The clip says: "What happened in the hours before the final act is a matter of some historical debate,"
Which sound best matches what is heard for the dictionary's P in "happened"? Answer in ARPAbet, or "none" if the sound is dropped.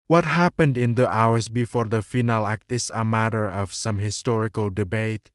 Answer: P